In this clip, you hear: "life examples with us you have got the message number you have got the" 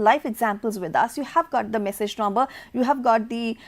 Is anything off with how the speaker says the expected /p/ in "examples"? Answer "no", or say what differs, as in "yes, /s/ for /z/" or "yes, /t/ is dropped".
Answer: no